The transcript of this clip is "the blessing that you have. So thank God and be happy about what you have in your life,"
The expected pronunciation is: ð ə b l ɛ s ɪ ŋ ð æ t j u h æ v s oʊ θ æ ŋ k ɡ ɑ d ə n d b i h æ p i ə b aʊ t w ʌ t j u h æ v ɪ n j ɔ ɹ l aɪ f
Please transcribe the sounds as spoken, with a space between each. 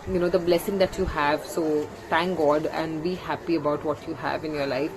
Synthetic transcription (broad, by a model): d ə b l ɛ s ɪ ŋ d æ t j u h æ v s oʊ t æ ŋ k ɡ ɑ d ə n d b i h æ p i ə b aʊ t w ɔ t j u h æ v ɪ n j ɔ ɹ l aɪ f